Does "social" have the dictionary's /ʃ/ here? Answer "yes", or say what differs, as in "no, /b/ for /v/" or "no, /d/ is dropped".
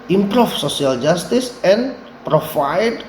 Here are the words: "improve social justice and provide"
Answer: no, /s/ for /ʃ/